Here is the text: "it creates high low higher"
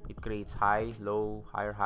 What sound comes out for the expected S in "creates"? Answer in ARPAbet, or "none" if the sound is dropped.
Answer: S